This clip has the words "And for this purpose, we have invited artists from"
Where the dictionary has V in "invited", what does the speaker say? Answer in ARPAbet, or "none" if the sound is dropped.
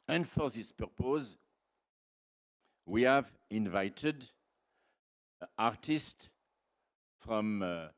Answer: V